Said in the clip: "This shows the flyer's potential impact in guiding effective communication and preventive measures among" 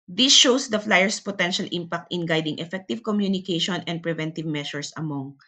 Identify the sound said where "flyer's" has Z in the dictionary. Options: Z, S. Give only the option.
S